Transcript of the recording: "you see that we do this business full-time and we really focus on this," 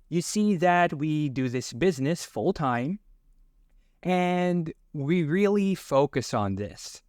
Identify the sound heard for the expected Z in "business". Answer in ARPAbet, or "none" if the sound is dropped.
Z